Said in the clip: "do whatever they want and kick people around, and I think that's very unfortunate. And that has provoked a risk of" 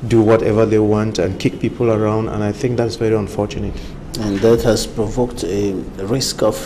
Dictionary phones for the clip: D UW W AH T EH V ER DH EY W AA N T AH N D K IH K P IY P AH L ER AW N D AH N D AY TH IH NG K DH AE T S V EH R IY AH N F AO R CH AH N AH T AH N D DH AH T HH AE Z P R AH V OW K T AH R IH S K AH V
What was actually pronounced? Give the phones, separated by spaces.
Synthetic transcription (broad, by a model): D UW W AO T EH V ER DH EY W AA N T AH N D K IH K P IY P AH L ER AW N D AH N AY TH IH NG K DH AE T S V EH R IY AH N F AO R CH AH N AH T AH N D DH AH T HH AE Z P R AH V OW K T AH R IH S K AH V